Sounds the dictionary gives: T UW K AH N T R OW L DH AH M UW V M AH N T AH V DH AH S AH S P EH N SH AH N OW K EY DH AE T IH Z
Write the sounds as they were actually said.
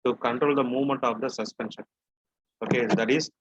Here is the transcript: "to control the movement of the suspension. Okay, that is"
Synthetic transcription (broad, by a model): T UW K AH N T R OW L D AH M UW V M AH N T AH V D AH S AH S P EH N SH AH N OW K EY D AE T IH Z